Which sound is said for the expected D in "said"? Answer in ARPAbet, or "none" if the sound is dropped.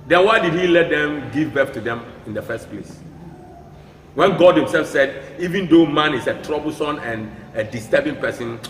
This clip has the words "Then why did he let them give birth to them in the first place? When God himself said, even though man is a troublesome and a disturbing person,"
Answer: D